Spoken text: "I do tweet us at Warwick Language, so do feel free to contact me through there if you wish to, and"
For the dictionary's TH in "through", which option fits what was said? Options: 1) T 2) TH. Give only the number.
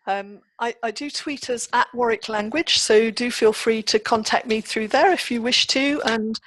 2